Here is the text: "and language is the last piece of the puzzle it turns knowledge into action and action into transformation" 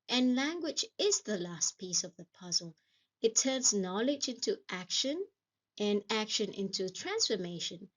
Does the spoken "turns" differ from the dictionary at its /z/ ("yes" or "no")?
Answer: no